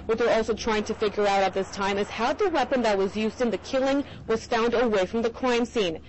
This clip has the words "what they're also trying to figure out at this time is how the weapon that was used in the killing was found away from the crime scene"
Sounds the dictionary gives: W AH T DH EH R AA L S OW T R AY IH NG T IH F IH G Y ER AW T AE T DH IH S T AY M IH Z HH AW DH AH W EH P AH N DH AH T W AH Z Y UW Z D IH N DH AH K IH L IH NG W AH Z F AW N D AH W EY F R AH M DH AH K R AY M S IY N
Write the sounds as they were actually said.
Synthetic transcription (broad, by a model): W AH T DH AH R AA L S OW T R AY IH NG T IH F IH G Y ER AW T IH T DH IH S T AY M IH Z HH AW DH AH W EH P AH N DH AH T W AH Z Y UW Z D IH N DH AH K IH L IH NG W AH Z F AW N D AH W EY F R AH M DH AH K R AY M S IY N